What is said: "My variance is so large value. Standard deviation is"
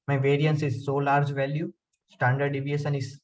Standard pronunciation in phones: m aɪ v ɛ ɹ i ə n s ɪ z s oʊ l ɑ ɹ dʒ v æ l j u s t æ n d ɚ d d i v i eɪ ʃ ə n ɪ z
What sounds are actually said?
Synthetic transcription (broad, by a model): m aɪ v ɛ ɹ i ə n s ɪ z s oʊ l ɑ ɹ dʒ v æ l j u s t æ n d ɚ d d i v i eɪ s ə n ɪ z